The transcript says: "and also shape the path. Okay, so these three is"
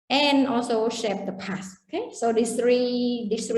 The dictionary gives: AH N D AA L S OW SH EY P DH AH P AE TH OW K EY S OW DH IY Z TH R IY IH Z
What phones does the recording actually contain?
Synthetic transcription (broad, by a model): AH N AA L S OW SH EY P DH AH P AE S OW K EY S OW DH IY S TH R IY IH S